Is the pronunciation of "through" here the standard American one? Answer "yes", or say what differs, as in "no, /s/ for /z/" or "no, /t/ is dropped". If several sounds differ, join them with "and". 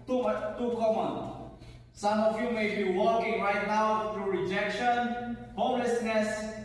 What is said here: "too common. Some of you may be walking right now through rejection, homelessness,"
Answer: no, /t/ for /θ/